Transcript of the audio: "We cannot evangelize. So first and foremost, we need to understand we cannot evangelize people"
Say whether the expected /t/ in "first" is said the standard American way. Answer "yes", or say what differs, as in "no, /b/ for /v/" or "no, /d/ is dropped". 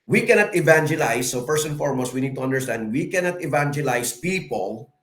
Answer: no, /t/ is dropped